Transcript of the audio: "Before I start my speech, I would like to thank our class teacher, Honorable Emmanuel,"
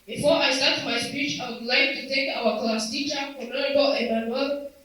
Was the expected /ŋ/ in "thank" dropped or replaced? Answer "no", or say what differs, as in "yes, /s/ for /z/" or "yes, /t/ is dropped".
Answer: yes, /ŋ/ is dropped